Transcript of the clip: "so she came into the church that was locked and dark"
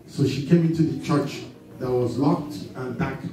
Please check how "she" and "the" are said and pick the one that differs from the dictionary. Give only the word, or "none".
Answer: none